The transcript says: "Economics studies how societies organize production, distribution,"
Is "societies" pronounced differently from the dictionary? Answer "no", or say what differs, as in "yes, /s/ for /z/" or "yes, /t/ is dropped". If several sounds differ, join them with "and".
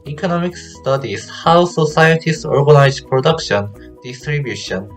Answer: yes, /s/ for /z/